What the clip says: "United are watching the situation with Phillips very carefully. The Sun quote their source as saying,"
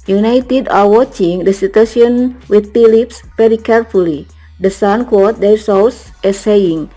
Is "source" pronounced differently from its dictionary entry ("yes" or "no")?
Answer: yes